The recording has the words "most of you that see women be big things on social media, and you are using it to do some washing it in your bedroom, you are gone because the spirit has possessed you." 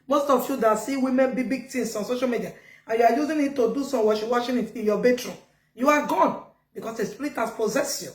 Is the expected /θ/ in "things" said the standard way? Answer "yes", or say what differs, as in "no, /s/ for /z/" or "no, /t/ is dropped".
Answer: no, /t/ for /θ/